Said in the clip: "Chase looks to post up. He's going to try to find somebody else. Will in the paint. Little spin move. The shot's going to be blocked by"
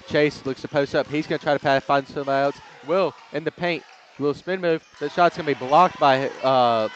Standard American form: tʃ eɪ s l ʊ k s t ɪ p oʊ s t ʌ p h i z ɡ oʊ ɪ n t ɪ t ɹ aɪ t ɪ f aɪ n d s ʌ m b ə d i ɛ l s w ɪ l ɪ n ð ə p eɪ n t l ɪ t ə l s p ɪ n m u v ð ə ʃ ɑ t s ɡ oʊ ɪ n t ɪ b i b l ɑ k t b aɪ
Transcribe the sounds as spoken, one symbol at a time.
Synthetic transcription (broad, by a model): tʃ eɪ s l ʊ k s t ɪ p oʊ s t ʌ p h i z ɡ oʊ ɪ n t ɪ t ɹ aɪ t ɪ f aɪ n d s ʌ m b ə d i ɛ l s w ɪ l ɪ n ð ə p eɪ n t l ɪ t l s p ɪ n m u v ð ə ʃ ɑ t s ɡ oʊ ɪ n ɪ b i b l ɑ k t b aɪ